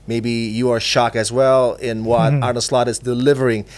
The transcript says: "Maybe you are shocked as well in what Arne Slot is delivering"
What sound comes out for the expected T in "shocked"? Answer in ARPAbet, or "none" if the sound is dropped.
none